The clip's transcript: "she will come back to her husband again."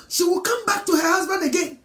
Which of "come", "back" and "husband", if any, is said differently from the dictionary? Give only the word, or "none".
none